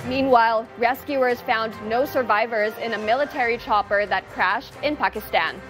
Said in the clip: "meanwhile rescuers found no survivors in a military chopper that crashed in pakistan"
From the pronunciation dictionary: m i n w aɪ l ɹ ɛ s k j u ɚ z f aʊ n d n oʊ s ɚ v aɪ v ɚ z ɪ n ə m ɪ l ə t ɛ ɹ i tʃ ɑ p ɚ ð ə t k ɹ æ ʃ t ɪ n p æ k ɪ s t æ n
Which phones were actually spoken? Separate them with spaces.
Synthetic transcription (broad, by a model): m i n w aɪ l ɹ ɛ s k j u ɚ z f aʊ n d n oʊ s ɚ v aɪ v ɚ z ɪ n ə m ɪ l ə t ɛ ɹ i tʃ ɑ p ɚ ð ə t k ɹ æ ʃ t ɪ n p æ k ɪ s t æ n